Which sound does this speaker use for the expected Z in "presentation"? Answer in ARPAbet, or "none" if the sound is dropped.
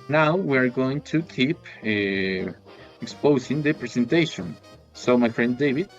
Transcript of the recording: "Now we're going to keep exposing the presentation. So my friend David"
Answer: S